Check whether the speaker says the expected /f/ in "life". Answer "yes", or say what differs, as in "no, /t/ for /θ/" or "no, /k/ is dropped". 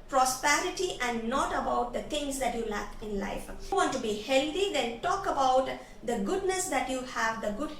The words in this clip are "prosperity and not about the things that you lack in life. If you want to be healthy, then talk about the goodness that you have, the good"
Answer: no, /f/ is dropped